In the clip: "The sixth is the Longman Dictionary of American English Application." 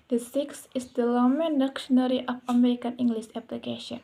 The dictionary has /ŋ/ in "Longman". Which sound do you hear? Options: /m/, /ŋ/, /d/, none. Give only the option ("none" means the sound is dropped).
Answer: none